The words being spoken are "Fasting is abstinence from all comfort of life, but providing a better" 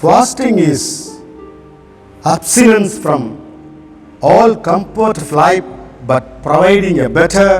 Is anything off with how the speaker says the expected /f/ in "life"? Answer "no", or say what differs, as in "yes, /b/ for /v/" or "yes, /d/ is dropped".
yes, /p/ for /f/